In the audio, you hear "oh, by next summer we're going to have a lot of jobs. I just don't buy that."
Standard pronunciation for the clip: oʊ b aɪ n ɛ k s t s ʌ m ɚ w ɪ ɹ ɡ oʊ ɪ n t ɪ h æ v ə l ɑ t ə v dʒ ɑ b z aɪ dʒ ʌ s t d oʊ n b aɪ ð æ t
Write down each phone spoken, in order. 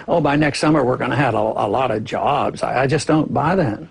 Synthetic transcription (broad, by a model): oʊ b aɪ n ɛ k s t s ʌ m ɚ w ɪ ɹ ɡ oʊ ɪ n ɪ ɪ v ə l ɑ t ə v dʒ ɑ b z aɪ dʒ ʌ s d oʊ n b aɪ ð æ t